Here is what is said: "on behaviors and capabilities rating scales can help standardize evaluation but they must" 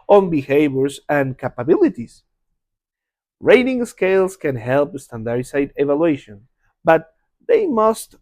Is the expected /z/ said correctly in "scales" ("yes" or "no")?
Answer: no